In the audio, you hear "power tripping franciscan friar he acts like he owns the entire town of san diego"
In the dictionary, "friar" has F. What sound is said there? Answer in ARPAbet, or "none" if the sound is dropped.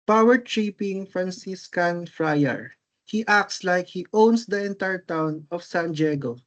F